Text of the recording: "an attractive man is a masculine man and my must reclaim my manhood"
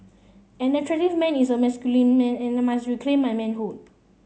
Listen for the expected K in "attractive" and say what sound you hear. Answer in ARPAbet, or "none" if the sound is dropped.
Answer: none